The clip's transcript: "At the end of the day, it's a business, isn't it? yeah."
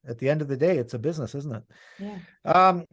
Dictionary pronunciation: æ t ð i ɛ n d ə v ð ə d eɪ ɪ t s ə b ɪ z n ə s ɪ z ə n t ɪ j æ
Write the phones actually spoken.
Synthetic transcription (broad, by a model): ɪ t ð i ɛ n d ə v ð ə d eɪ ɪ t s ə b ɪ z n ə s ɪ z n t ɪ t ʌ